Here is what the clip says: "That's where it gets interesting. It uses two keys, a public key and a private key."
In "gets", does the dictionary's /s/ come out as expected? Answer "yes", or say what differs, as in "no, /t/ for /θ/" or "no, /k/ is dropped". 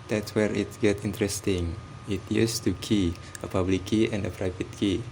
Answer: no, /s/ is dropped